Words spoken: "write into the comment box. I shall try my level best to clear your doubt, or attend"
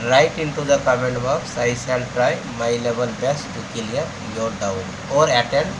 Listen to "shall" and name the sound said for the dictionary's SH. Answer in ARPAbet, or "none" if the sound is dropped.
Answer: S